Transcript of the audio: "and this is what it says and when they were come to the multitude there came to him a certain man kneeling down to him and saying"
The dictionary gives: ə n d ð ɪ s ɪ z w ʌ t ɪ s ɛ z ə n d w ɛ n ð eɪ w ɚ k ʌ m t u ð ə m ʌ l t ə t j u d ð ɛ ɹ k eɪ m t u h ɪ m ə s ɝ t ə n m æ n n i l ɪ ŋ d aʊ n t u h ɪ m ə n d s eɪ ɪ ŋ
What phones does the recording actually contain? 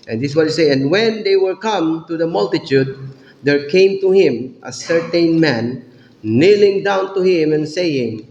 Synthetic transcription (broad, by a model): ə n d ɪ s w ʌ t ɪ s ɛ ə n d w ɛ n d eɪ w ɚ k ʌ m t u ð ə m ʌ l t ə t j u d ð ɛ ɹ k eɪ m t u h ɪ m ə s ɝ t ə n m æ n n i l ɪ ŋ d aʊ n t u h ɪ m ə n s eɪ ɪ ŋ